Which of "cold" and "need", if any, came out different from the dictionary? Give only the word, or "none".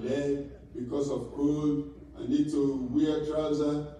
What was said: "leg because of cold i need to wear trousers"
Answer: cold